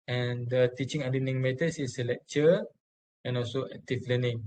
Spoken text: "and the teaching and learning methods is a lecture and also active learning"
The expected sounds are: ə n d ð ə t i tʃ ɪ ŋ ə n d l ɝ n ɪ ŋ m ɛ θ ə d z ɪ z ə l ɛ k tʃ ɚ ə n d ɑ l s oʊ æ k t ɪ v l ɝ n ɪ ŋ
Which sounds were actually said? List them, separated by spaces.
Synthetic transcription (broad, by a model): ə n d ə t i tʃ ɪ ŋ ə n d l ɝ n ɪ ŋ m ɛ t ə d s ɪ s ə l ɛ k tʃ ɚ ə n ɑ l s oʊ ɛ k t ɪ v l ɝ n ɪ ŋ